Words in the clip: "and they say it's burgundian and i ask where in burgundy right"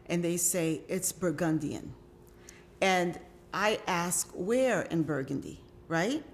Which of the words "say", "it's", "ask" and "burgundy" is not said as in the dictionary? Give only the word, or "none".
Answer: none